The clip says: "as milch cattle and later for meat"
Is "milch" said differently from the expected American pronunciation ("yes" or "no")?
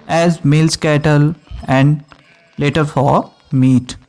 yes